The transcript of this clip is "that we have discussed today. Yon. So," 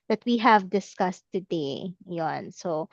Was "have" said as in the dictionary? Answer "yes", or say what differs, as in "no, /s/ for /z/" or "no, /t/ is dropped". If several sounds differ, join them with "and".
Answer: yes